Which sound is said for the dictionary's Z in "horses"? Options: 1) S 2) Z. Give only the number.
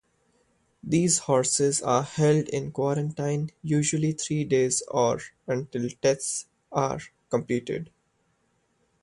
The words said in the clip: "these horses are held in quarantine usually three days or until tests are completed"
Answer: 2